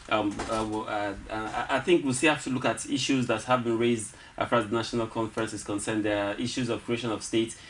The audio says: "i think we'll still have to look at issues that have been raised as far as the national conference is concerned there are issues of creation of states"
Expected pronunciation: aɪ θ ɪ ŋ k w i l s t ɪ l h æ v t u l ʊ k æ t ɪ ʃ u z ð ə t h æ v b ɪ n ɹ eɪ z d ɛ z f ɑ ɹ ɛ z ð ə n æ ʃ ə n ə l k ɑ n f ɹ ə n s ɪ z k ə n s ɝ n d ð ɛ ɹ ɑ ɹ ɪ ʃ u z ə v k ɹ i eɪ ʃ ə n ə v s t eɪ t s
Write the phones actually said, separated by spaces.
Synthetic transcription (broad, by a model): aɪ θ ɪ ŋ k w i l s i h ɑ f t u l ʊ k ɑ t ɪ ʃ u z ð ə t h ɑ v b ɪ n ɹ eɪ z d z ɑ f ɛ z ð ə n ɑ ʃ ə n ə l k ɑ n f ɹ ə n s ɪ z k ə n s ɝ n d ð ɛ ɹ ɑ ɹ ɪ ʃ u z ə v k ɹ i eɪ ʃ ə n ə v s t eɪ t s